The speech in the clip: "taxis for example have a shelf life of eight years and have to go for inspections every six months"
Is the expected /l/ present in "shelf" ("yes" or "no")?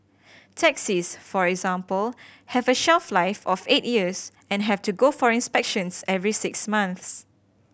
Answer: yes